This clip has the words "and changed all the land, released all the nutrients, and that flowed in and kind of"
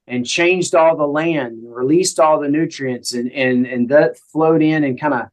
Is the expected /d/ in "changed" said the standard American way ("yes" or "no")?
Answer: yes